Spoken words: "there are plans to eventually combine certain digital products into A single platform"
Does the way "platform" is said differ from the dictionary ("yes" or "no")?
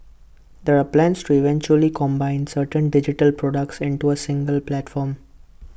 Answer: no